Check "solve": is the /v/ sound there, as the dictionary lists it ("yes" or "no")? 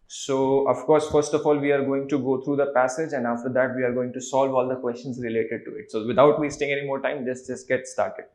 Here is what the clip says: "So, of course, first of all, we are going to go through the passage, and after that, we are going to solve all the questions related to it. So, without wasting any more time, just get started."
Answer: yes